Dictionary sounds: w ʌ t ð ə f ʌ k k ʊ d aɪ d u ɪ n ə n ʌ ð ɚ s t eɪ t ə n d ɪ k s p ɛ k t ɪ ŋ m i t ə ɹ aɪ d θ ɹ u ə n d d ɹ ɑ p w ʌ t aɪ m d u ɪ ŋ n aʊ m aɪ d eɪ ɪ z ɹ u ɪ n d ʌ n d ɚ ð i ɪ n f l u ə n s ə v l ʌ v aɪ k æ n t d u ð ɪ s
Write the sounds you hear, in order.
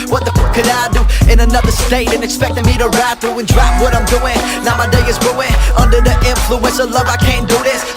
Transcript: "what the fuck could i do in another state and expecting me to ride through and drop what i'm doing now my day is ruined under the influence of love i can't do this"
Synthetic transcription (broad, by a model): w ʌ t ð ə p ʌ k k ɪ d aɪ d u ɪ n ə n ʌ ð ɚ s t eɪ t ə n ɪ k s p ɛ k t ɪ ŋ m i t ə ɹ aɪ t θ ɹ u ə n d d ɹ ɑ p w ʌ t aɪ m d u ɪ ŋ n aʊ m aɪ d eɪ ɪ z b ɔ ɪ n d ʌ n d ɚ ð i ɪ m f l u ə n s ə l ʌ v aɪ k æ n d u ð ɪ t